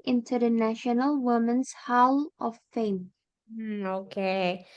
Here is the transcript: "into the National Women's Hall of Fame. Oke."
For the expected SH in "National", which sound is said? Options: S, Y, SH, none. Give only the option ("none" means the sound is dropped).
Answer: SH